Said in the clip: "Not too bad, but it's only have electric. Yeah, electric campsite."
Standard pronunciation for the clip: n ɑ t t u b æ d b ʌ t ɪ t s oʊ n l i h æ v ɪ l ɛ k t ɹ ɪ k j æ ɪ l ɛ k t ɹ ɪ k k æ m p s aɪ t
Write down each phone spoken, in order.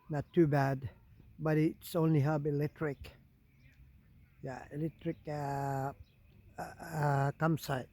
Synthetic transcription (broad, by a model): n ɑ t t u b æ d b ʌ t ɪ t s oʊ n l i h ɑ b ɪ l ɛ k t ɹ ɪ k j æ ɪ l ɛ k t ɹ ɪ k k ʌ m s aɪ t